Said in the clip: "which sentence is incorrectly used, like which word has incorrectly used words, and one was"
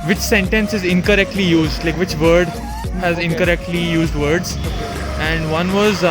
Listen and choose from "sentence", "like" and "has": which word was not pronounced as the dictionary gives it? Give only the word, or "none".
none